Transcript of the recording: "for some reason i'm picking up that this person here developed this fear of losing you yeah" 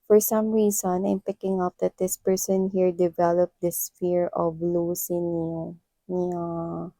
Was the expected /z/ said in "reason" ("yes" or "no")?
no